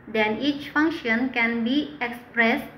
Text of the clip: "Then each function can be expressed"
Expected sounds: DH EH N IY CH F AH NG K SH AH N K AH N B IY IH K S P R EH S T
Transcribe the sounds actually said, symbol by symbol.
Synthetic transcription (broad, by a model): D EH N IY CH F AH NG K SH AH N K AH N B IY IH K S P R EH S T